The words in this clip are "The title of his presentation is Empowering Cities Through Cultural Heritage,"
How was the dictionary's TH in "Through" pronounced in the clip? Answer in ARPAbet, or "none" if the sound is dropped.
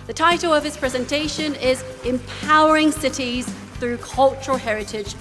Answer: TH